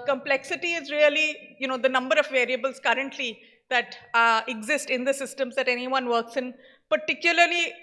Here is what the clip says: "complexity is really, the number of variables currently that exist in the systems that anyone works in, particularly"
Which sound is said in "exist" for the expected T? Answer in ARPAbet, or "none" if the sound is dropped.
T